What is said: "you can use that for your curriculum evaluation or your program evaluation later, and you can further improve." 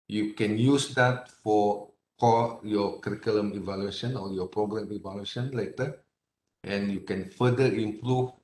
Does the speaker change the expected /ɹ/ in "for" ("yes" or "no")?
yes